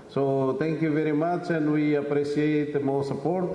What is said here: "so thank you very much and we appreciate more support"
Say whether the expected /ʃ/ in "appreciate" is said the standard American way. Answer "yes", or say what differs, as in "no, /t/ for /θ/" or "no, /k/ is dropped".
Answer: no, /s/ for /ʃ/